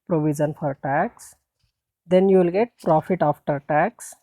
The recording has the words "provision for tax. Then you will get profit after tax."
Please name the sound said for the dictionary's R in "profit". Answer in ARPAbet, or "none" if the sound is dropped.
R